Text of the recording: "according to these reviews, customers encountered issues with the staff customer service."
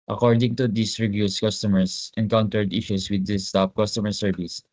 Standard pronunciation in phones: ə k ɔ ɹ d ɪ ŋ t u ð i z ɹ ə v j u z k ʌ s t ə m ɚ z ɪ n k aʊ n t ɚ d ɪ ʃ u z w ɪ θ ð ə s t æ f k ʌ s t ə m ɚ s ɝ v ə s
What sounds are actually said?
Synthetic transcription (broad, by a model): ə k ɔ ɹ d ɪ ŋ t u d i s ɹ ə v j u s k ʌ s t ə m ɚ s ɪ n k aʊ n t ɚ d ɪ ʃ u s w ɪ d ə s t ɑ p k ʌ s t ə m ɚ s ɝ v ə s